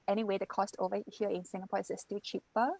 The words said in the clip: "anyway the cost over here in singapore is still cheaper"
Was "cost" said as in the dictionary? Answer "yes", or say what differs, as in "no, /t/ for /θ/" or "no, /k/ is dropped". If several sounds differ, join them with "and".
yes